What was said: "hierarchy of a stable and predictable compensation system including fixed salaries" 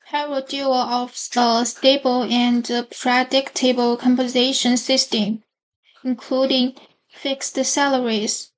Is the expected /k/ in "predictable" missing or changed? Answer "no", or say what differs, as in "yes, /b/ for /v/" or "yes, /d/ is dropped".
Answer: no